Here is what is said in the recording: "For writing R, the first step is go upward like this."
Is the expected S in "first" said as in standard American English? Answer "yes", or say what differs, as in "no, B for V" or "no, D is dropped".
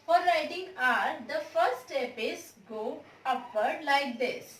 no, S is dropped